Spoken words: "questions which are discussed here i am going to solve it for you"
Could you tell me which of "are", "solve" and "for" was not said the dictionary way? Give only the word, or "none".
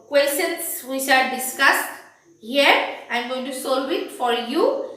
solve